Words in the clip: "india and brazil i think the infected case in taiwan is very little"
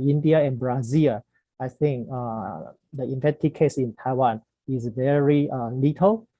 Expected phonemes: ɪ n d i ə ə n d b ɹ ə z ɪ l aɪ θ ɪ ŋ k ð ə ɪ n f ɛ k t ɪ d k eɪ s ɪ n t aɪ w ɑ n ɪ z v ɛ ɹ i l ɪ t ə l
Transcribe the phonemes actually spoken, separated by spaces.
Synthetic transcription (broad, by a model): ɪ n d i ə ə n b ɹ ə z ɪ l aɪ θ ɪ ŋ k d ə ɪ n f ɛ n t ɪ k eɪ s ɪ n t aɪ w ɑ n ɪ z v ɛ ɹ i l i t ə l